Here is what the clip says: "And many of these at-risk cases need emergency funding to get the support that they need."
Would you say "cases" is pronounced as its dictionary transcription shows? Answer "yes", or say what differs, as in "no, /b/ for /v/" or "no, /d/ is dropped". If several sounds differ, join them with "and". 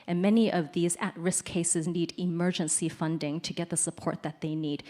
yes